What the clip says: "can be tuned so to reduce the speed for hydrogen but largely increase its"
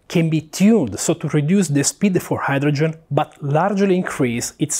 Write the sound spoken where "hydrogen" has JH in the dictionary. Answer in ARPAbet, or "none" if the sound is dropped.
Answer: JH